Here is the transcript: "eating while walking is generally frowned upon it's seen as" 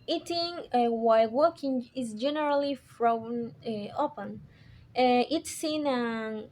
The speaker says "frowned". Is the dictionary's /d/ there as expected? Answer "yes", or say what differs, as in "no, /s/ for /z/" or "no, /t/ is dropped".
no, /d/ is dropped